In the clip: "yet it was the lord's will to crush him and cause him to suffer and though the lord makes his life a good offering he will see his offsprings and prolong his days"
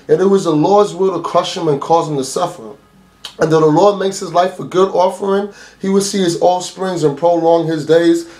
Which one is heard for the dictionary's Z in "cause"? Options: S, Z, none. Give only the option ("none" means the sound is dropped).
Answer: Z